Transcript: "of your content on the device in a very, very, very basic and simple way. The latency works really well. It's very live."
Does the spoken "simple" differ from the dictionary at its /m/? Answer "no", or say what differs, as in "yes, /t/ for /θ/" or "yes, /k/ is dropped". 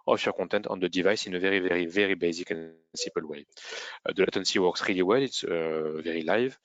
yes, /m/ is dropped